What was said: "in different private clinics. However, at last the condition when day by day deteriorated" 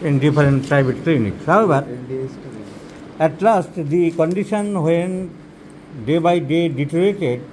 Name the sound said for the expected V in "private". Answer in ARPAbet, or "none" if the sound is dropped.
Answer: B